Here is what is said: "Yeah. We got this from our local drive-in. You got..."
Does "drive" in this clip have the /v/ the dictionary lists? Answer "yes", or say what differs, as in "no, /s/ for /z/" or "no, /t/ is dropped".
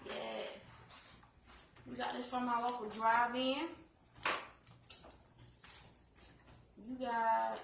yes